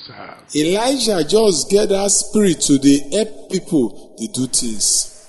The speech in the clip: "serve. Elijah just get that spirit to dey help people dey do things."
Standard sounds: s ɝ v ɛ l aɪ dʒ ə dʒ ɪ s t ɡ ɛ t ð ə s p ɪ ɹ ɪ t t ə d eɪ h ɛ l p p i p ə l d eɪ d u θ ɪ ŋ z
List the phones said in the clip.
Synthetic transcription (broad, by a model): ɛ l aɪ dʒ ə dʒ ɪ s t ɡ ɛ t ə s p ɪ ɹ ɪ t t ə d eɪ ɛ p p i p ə l d eɪ d u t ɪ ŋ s